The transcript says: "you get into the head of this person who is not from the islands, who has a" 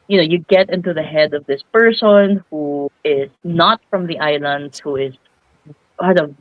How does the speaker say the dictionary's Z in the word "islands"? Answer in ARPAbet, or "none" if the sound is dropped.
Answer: none